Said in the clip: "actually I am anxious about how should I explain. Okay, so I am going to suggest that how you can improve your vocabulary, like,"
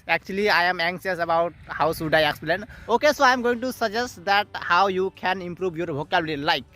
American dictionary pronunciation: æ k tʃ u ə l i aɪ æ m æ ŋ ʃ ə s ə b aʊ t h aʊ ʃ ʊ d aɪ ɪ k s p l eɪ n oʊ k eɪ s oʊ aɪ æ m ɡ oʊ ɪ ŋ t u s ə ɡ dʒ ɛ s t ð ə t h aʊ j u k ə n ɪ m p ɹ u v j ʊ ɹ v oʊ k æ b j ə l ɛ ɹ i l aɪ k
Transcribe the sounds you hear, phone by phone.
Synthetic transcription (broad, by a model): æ k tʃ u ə l i aɪ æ m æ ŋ s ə s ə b aʊ t h aʊ s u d aɪ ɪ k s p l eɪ n oʊ k eɪ s oʊ aɪ m ɡ oʊ ɪ ŋ t u s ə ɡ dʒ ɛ s t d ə t h aʊ j u k ə n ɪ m p ɹ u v j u ɹ b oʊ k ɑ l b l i l aɪ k